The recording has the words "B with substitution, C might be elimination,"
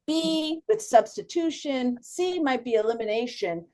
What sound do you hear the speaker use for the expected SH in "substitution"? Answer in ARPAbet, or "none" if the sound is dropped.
SH